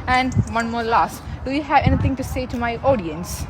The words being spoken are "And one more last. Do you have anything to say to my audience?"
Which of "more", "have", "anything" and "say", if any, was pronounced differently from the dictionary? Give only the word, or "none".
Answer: anything